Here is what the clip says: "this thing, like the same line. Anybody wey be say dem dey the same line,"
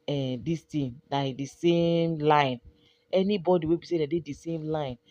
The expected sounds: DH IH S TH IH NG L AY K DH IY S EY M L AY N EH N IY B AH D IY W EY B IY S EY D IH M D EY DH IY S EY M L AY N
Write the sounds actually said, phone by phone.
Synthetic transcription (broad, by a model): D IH S T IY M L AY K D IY S EY M L AY N EH N IY B AH D IY W EY B IY S EY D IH D EY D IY S EY M L AY N